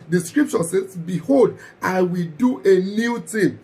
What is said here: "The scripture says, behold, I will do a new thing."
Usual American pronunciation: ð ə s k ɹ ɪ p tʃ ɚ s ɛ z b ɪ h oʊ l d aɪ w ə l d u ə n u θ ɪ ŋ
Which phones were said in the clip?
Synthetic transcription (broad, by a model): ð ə s k ɹ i p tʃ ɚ s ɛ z b ɪ h oʊ l d aɪ w ə l d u ə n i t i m